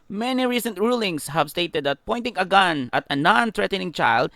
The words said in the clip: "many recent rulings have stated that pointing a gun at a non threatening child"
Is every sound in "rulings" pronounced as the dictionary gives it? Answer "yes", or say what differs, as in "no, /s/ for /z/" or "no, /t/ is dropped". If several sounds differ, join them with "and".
no, /s/ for /z/